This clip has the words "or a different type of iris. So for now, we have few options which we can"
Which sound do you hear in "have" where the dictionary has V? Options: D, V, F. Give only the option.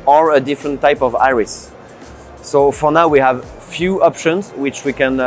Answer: V